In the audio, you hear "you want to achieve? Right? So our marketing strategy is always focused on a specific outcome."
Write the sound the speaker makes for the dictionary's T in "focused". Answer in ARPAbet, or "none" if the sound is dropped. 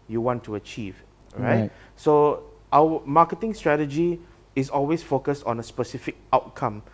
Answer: T